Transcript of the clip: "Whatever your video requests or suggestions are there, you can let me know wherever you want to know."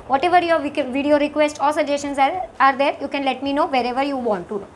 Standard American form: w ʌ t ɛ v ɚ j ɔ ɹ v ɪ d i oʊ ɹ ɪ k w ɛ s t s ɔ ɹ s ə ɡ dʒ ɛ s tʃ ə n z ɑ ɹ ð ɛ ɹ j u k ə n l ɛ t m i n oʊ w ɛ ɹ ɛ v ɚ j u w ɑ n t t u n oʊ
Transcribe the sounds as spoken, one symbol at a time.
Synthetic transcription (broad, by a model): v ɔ t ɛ v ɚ j ɔ ɹ v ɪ d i oʊ ɹ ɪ k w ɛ s t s ɔ l s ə dʒ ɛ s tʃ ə n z ɑ ɹ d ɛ ɹ j u k ə n l ɛ t m i n oʊ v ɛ ɹ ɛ v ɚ j u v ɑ n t t u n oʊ